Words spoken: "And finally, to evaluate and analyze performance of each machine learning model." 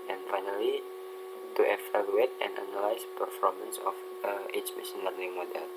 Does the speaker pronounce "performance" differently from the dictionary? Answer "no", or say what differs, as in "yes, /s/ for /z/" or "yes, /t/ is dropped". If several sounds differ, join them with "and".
no